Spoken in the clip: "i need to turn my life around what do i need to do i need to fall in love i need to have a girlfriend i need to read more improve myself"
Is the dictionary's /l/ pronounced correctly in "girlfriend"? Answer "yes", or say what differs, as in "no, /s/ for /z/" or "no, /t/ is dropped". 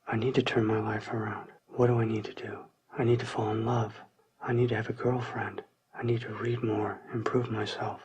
yes